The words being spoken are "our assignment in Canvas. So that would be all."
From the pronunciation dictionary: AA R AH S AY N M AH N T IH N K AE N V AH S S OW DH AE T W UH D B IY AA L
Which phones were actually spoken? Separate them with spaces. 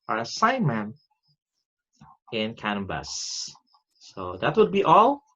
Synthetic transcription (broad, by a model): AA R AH S AY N M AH N IH N K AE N B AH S S OW DH AE T W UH D B IY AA L